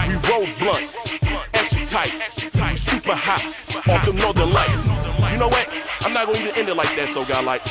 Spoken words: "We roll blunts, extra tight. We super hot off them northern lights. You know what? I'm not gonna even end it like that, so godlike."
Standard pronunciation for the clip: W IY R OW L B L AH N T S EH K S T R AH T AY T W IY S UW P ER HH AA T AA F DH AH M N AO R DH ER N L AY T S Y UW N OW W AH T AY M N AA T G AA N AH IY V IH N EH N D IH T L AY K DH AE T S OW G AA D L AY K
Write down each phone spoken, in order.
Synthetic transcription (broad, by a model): W IY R OW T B L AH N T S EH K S T AH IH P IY S UW P ER HH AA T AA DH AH N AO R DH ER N L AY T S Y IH N OW W AH T AY M N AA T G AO AH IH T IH EH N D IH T L AY K DH AE T S OW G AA L AY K